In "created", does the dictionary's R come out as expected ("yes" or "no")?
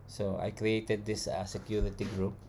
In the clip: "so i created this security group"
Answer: yes